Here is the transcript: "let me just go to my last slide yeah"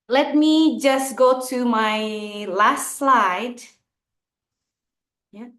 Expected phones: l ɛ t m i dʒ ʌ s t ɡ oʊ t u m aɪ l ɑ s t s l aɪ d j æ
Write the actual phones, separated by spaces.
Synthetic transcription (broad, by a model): l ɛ t m i dʒ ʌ s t ɡ oʊ t u m aɪ l ɑ s t s l aɪ d j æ